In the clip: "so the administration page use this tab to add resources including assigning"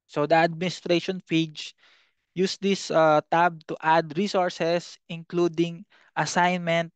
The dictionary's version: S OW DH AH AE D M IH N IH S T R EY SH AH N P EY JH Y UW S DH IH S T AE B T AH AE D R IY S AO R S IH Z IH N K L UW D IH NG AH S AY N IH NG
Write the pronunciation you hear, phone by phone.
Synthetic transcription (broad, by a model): S OW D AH AE D M IH N IH S T R EY SH AH N F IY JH Y UW S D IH S T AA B T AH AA D R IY S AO R S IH S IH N K L UW D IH NG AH S AY N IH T